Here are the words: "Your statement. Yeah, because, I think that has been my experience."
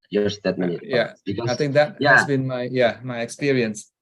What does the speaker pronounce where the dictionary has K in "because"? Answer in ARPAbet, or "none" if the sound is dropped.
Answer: none